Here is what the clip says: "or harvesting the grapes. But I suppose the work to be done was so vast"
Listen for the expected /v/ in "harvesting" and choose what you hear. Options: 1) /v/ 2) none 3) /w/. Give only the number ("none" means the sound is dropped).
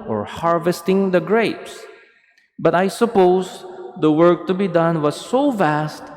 1